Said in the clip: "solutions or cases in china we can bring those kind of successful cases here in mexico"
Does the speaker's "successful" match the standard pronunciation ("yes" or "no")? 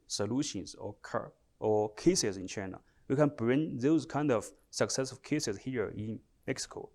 no